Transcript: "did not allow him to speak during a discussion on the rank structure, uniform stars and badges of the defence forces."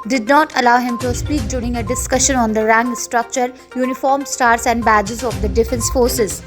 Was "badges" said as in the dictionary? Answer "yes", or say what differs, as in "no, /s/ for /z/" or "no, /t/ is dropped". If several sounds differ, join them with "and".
yes